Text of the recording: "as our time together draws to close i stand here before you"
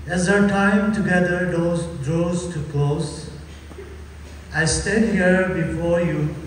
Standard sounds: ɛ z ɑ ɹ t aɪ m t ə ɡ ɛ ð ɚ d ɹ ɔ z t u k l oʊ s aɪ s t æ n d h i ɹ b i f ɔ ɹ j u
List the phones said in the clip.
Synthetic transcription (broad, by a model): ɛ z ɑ t aɪ m t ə ɡ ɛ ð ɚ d ɹ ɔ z t u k l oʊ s aɪ s t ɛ d h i ɹ b i f ɔ ɹ j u